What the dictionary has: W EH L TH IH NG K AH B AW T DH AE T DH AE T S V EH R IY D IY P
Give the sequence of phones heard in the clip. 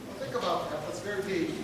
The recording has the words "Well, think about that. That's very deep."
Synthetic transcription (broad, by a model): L TH IH NG K AH B AW T DH AE T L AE T S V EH R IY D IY